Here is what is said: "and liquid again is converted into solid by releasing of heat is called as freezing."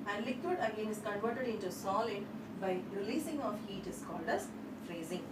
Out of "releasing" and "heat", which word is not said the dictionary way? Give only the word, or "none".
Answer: none